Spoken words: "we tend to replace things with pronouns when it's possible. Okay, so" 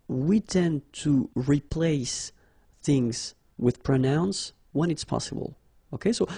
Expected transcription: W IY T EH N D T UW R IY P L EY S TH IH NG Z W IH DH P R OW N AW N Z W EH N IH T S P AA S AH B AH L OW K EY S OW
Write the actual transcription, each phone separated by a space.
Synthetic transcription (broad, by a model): W IY T EH N T UW R IY P L EY S TH IH NG Z W IH DH P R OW N AW N S W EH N IH T S P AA S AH B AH L OW K EY S OW